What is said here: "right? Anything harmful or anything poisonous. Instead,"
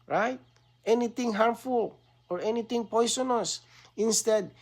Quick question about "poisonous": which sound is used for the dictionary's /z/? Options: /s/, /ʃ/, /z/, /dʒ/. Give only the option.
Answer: /s/